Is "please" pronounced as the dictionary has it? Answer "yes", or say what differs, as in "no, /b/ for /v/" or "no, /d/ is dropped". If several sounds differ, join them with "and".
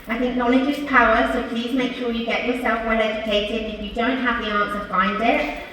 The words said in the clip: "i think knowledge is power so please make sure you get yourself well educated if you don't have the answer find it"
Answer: yes